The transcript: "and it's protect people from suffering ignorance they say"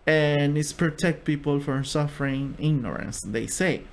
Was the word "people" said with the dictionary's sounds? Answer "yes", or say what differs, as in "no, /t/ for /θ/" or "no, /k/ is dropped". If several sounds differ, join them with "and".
yes